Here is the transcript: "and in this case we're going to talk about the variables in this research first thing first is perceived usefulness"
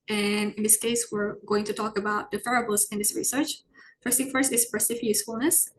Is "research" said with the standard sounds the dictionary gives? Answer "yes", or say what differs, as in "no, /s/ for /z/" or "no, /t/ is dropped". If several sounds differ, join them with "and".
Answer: yes